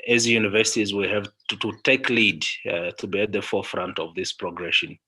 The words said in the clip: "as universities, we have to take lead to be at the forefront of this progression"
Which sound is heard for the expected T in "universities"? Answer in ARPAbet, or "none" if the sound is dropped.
T